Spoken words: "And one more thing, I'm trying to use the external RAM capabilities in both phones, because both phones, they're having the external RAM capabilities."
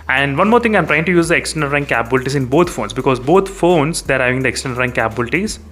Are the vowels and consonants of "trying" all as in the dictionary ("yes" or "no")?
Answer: yes